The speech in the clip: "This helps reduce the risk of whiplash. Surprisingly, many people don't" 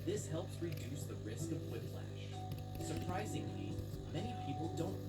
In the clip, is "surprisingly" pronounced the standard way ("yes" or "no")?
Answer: yes